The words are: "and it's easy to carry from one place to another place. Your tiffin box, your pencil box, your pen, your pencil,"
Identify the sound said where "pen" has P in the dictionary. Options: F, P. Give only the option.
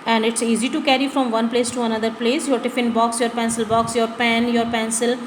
P